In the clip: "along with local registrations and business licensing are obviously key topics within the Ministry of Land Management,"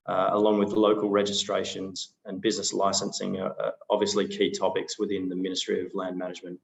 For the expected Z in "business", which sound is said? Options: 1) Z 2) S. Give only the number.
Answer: 1